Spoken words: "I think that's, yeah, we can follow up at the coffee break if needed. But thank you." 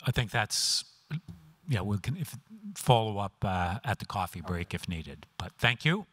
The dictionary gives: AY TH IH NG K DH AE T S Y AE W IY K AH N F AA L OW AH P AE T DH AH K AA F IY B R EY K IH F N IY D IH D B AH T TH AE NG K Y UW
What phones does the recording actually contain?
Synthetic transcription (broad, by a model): AY TH IH NG K DH AE T S Y AE W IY K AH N F AA L OW AH P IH T DH AH K AA F IY B R EY K IH F N IY D IH D B AH T TH AE NG K Y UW